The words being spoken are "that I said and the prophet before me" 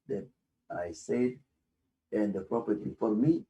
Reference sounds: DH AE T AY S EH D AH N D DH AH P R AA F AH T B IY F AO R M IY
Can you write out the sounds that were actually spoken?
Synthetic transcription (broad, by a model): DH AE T AY S EH D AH N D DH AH P R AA P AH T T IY F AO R M IY